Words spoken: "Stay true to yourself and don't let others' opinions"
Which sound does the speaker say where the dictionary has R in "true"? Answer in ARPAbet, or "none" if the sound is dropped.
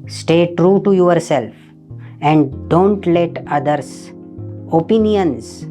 R